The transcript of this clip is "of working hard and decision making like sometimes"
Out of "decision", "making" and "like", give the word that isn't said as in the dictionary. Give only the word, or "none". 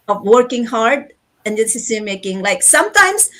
decision